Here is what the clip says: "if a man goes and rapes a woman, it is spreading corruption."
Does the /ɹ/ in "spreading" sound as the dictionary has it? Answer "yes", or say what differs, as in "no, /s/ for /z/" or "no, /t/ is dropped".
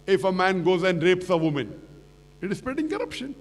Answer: no, /ɹ/ is dropped